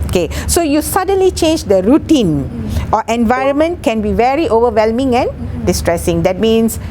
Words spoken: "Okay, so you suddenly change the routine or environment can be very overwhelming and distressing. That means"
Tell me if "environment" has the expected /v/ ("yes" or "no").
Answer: yes